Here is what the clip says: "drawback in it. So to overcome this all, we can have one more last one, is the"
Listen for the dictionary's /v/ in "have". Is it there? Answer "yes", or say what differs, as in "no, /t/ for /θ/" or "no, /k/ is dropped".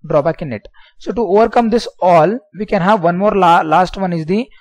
yes